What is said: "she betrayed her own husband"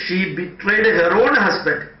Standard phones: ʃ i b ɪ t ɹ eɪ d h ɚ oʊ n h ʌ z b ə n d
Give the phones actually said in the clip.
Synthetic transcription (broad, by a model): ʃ i b ɪ t ɹ eɪ d h ɚ oʊ n h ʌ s b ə n d